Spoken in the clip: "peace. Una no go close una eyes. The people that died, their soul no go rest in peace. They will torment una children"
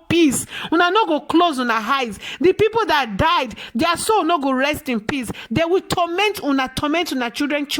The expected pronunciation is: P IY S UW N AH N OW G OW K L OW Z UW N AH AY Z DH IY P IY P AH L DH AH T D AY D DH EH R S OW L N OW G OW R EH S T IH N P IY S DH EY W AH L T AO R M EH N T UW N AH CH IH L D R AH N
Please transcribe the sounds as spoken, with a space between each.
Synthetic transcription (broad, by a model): P IY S UW N AH N OW G OW K L OW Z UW N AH AY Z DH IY P IY P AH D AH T D AY D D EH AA S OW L N OW G OW R EH S T IH N P IY S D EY W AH N T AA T M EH N T UW N AH CH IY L D R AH N